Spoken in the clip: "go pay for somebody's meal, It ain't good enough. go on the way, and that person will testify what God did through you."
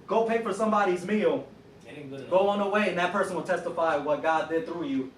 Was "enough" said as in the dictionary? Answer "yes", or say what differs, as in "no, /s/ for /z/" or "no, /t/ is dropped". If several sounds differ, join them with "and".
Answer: no, /n/ is dropped